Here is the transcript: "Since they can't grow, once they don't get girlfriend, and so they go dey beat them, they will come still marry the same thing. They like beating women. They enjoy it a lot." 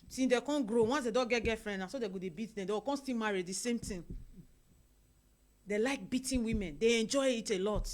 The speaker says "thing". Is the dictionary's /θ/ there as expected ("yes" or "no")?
no